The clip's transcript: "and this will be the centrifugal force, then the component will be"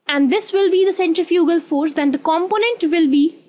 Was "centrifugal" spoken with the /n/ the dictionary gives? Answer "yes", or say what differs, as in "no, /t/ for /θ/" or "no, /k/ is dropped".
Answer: yes